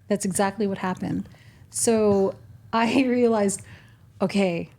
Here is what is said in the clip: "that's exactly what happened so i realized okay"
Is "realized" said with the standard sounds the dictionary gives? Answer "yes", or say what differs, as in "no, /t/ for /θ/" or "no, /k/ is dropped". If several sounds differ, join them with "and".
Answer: yes